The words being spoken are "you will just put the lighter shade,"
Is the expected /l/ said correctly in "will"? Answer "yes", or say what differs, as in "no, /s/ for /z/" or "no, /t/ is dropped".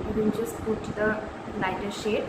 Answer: no, /n/ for /l/